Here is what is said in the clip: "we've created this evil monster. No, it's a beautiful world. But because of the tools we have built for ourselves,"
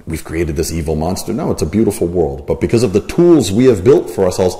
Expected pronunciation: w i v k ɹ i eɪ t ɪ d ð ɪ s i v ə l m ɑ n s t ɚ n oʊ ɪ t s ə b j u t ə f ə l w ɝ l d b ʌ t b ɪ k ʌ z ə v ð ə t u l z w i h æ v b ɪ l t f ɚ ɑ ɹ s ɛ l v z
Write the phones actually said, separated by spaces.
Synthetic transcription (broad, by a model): w i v k ɹ i eɪ t ɪ d ð ɪ s i v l m ɑ n s t ɚ n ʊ ɪ t s ə b j u t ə f l w ɝ l d b ʌ t b ɪ k ʌ z ə v ð ə t u l z w i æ v b ɪ l t f ɚ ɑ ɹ s ɛ l v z